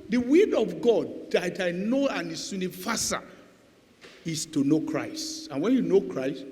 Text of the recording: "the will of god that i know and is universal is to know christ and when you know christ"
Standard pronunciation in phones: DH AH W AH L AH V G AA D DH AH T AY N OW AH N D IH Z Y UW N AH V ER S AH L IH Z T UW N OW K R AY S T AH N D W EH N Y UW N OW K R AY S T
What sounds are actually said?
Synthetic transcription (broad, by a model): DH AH W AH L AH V G AA D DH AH T AY N OW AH N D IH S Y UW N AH F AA S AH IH S T UW N OW K R AY S T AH N W EH N Y UW N OW K R AY S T